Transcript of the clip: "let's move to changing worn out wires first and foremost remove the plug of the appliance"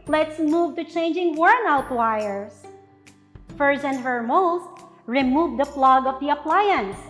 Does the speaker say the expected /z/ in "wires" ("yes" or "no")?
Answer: no